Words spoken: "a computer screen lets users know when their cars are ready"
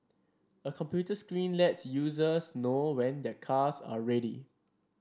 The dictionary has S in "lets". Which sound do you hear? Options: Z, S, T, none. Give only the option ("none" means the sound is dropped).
S